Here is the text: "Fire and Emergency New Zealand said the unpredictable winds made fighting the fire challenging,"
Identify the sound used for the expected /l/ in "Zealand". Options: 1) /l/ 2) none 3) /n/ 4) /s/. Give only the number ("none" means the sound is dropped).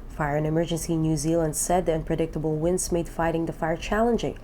1